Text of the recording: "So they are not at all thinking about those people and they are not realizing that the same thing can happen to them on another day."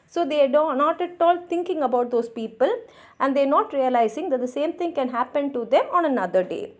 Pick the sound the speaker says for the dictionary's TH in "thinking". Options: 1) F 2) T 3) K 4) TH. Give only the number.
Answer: 2